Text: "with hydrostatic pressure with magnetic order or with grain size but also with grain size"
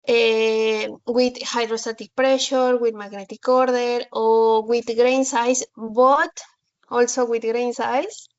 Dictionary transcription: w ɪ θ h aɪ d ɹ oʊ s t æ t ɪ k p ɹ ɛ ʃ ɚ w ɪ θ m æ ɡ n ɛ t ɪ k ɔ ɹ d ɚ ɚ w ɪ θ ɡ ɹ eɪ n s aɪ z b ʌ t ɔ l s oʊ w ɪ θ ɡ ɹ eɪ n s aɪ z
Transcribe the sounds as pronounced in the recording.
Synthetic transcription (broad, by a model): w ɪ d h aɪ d ɹ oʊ s t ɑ t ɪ k p ɹ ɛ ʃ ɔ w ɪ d m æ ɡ n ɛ t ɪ k ɔ ɹ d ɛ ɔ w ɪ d ɡ ɹ eɪ n s aɪ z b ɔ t ɔ l s oʊ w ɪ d ɡ ɹ eɪ n s aɪ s